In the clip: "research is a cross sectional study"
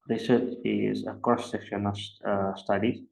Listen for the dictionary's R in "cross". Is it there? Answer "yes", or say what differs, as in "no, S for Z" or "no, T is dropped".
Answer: no, R is dropped